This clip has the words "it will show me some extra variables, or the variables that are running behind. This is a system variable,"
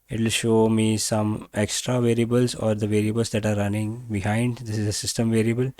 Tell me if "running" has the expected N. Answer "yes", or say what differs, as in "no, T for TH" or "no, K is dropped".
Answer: yes